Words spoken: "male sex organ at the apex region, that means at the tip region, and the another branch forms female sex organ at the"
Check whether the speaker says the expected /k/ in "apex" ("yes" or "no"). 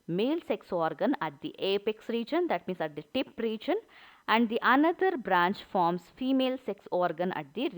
yes